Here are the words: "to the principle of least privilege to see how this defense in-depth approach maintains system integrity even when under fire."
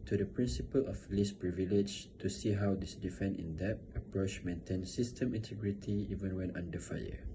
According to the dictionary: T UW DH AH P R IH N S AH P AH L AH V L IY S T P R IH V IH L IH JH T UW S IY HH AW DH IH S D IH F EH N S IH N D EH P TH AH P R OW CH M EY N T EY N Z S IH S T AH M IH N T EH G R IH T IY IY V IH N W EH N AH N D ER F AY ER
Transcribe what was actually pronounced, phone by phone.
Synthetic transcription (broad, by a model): T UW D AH P R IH N S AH P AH L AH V L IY S P R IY V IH L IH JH T UW S IY HH AW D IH S D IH F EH N IH N D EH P AH P R OW CH M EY N T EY N S IH S T AH M IH N T EH G R IH T IY IY V IH N W EH N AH N D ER F AY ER